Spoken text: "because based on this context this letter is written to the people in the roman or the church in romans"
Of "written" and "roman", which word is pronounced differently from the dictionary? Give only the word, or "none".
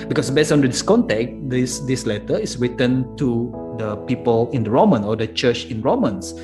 none